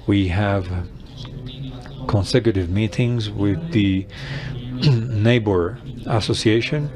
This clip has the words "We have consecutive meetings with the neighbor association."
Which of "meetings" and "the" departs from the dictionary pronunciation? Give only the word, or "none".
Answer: none